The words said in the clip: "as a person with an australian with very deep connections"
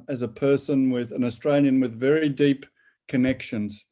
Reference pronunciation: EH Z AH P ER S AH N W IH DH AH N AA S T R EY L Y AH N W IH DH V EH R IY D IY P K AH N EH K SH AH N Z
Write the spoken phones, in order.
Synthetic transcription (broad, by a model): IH Z AH P ER S AH N W IH DH AH N AA S T R EY L Y AH N W IH DH V EH R IY D IY P K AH N EH K SH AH N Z